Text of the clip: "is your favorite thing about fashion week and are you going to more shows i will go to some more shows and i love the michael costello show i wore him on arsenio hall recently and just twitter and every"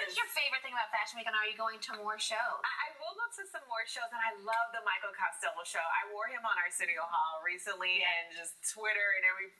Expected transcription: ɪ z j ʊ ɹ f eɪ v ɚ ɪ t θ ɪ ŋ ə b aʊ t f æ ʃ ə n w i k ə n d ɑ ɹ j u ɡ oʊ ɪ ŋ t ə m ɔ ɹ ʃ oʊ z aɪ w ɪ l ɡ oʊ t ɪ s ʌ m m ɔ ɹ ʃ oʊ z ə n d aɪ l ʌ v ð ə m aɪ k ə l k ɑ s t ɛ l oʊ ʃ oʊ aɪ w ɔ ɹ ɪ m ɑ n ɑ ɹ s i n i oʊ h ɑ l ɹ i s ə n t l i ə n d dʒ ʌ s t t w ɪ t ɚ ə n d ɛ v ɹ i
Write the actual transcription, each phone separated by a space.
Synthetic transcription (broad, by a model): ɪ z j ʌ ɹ f eɪ v ɚ ɪ t θ ɪ ŋ ə b aʊ t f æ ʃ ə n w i ə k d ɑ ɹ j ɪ ɡ oʊ ɪ ŋ t ə m ɔ ɹ ʃ oʊ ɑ aɪ w ɪ l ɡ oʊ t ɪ s ʌ m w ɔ ɹ ʃ oʊ z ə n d aɪ l ʌ v ð ə m aɪ k l k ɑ s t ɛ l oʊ ʃ oʊ aɪ w ɔ ɹ ɪ m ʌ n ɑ ɹ s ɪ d i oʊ h ɑ l ɹ i s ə n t l i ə n dʒ ʌ s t t w ɪ t ɚ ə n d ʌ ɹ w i